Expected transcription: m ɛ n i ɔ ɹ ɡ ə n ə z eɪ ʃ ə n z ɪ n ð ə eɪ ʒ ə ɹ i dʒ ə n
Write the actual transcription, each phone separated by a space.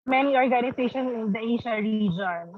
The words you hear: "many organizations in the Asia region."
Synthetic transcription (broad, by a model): m ɛ n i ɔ ɹ ɡ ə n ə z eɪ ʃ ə n s ɪ n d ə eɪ ʃ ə ɹ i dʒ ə n